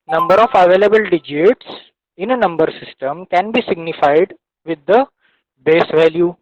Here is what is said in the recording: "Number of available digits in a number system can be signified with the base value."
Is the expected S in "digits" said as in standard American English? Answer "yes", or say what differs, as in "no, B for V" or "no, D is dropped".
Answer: yes